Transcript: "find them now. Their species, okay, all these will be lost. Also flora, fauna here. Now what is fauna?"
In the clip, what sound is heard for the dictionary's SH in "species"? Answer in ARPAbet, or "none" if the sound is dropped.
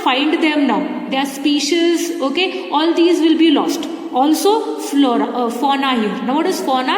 SH